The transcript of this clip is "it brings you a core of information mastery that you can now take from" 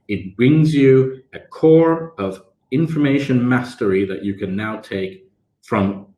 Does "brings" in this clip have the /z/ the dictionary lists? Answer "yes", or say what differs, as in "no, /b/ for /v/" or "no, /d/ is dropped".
yes